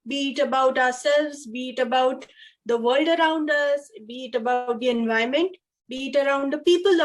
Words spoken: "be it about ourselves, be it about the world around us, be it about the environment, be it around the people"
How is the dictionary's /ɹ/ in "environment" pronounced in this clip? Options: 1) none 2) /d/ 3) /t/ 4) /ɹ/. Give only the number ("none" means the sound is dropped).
1